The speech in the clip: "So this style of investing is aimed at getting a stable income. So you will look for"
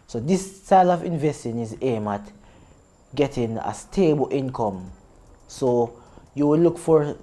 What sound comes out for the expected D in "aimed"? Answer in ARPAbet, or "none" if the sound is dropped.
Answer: none